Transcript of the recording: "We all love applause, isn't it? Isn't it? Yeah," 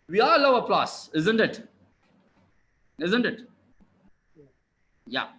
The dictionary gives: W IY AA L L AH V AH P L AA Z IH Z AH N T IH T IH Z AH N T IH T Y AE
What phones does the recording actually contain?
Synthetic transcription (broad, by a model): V IY AA L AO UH AH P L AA S IH Z AH N T IH T IH Z AH N T IH T Y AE